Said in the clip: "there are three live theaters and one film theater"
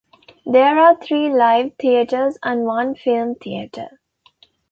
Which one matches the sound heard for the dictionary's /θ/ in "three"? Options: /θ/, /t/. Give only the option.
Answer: /t/